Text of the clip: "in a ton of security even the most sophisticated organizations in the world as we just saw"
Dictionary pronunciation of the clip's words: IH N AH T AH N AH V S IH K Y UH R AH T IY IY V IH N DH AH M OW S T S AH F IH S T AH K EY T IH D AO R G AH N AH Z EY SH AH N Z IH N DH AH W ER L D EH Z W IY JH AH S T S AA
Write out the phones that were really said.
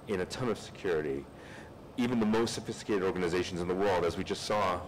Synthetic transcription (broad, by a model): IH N AH T AH N AH V S IH K Y UH R AH T IY IY V IH N DH AH M OW S T S AH F IH S T AH K EY T IH D AO R G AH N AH Z EY SH N Z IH N DH AH W ER L D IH Z W IY JH AH S T S AA